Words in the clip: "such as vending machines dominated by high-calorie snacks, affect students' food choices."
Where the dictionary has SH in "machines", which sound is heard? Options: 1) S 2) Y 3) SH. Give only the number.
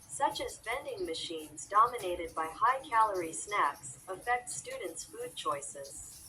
3